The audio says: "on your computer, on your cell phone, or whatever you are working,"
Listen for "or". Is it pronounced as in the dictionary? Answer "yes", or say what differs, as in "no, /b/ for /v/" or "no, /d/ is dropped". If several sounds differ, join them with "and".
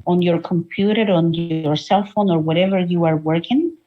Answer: yes